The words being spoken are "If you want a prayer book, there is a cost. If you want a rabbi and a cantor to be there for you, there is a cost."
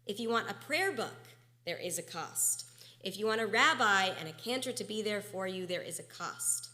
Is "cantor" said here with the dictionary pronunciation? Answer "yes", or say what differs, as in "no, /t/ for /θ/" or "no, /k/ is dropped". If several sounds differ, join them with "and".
yes